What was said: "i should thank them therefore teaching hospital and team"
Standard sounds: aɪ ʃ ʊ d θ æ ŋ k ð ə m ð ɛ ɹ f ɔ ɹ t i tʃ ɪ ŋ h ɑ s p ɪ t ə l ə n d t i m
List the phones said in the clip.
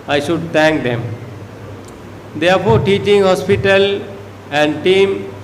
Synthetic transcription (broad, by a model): aɪ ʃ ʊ d t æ ŋ k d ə m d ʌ ɹ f ɔ ɹ t i tʃ ɪ ŋ h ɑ s p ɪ t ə l ə n d t i m